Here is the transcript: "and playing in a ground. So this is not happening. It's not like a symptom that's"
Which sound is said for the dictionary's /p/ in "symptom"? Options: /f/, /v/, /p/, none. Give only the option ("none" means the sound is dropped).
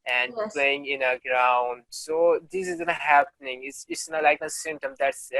none